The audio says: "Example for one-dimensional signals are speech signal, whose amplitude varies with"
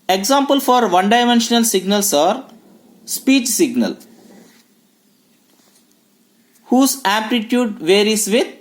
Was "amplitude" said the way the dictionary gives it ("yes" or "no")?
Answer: no